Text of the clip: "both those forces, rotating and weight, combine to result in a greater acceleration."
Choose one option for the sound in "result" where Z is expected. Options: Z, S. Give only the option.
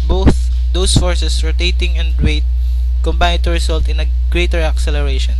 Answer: S